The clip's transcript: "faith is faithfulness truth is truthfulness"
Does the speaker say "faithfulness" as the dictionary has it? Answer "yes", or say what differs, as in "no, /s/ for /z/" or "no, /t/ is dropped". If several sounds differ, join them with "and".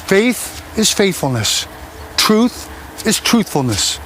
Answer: yes